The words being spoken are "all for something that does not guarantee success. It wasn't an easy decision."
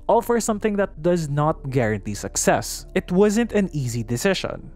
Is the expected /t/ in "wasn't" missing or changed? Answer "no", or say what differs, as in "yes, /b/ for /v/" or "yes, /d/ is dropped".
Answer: no